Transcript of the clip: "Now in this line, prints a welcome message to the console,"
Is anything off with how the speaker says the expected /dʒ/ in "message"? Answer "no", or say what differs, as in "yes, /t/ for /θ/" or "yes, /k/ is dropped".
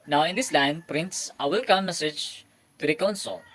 no